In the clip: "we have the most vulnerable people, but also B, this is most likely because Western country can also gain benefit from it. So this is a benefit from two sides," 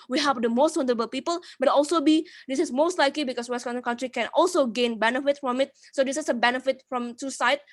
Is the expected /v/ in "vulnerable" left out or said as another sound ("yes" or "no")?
yes